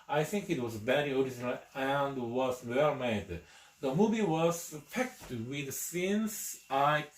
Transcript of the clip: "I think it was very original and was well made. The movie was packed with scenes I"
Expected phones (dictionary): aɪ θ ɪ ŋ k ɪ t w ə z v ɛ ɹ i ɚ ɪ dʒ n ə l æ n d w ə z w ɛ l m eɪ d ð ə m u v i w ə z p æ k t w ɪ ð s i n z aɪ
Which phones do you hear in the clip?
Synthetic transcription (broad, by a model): aɪ θ ɪ ŋ k ɪ t w ə z b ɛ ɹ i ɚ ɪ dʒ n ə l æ n d w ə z w ɛ l m eɪ d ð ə m u v i w ə z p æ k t w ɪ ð s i n s aɪ